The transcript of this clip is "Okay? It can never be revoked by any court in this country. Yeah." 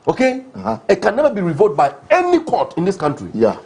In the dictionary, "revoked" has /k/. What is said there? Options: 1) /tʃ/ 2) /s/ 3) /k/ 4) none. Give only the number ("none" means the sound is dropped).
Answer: 4